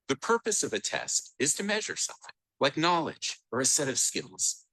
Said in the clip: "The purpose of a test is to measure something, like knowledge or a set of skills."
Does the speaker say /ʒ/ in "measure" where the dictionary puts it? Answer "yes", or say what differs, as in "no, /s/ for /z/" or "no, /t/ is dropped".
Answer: yes